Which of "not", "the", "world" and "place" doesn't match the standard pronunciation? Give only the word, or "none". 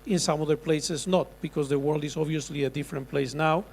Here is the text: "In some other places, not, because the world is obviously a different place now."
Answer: none